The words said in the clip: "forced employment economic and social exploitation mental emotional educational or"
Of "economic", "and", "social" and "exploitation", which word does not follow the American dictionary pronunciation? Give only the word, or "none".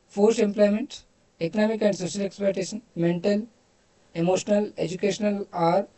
exploitation